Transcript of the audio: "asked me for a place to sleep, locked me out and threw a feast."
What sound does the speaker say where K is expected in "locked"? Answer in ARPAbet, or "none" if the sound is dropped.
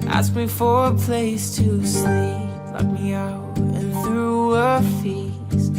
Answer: none